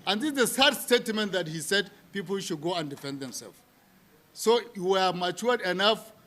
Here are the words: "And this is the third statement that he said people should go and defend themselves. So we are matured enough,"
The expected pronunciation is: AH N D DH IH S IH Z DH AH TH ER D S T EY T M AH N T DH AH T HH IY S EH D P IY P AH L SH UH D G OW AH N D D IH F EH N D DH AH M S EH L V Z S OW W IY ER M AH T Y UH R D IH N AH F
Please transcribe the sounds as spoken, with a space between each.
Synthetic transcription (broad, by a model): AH N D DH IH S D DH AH S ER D S T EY T M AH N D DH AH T HH IY S EH D P IY P AH L SH UH D G OW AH N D D IH F EH N D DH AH M S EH L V S OW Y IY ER M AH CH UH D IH N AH F